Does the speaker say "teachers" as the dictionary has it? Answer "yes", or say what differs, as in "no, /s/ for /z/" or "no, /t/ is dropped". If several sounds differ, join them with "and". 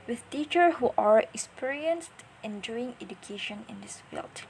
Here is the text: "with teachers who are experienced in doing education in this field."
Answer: no, /z/ is dropped